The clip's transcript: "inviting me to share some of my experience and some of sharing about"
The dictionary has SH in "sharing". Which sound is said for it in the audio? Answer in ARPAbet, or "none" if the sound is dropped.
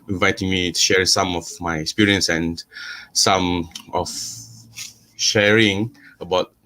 SH